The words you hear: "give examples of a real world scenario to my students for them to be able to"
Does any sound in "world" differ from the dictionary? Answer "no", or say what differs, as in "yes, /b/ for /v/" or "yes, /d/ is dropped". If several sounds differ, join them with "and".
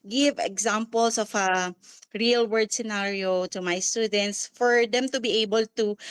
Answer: yes, /l/ is dropped